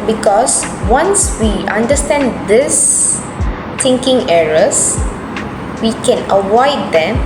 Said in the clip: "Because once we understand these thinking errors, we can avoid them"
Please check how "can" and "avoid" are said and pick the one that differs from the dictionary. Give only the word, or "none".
avoid